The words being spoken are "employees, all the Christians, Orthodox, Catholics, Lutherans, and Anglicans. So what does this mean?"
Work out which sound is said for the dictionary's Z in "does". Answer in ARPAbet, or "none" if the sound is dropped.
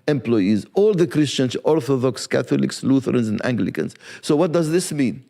Z